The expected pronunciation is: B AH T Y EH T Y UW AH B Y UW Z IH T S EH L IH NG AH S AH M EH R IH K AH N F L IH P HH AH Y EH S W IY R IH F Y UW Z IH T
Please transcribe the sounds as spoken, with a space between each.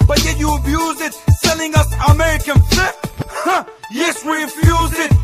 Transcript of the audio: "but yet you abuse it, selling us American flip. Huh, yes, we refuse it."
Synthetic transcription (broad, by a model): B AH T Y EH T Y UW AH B Y UW Z IH T S EH L IH NG AH S AH M EH R IH K AH N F IH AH Y EH S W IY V Y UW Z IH T